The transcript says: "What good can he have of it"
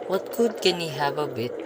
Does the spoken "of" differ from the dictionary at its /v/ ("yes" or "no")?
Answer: yes